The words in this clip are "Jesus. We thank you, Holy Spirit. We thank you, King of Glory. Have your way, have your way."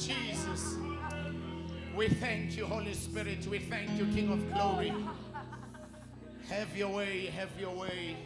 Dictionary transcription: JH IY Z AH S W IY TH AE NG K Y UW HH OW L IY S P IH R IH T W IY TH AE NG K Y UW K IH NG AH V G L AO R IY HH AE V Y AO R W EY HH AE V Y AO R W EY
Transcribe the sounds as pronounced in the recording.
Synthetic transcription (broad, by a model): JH IY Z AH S W IY TH AE NG K Y UW HH OW L IY S P IH R IH T W IY TH AE NG K Y UW K IH NG AH V G L AO R IY HH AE V Y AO W EY HH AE V Y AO W EY